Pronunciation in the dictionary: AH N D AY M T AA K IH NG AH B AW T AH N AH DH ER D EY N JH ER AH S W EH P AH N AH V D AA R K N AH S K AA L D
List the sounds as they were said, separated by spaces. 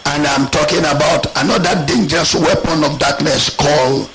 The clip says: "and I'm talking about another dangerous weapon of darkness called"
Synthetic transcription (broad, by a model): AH N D AY M T AA K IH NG AH B AW T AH N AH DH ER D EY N JH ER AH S W EH P AH N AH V D AA K N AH S K AA L